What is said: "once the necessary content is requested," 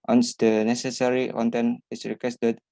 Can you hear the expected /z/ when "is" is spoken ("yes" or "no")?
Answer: no